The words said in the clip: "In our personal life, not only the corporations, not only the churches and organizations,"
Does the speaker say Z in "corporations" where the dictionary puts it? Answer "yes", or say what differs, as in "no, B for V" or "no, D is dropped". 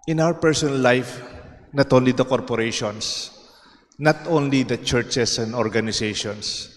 no, S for Z